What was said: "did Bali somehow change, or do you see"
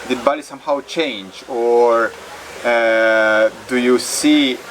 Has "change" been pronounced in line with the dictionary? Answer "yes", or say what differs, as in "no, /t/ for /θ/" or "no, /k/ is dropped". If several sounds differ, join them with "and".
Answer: yes